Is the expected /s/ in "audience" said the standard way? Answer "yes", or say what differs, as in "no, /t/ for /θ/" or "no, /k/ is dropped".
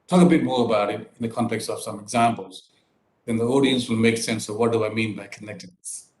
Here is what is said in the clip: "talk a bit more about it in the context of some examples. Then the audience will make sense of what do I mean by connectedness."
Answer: yes